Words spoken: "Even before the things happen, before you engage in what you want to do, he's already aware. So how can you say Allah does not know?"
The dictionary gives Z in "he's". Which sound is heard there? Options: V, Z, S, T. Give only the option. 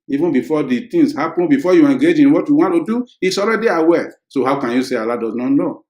S